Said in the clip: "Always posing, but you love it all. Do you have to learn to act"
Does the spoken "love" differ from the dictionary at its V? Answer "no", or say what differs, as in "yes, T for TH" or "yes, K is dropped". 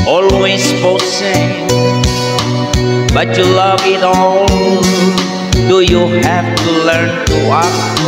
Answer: no